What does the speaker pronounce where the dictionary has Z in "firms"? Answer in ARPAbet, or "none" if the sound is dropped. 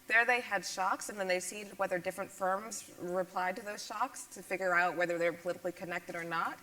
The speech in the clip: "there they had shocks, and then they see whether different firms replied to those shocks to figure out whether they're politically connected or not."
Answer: Z